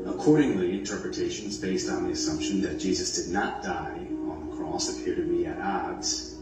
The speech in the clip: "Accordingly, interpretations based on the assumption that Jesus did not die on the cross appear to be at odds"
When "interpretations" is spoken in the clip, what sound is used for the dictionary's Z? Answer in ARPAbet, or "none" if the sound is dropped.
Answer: Z